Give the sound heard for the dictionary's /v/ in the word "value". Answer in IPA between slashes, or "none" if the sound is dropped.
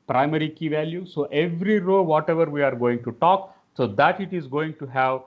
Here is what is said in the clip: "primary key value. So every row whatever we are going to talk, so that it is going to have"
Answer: /v/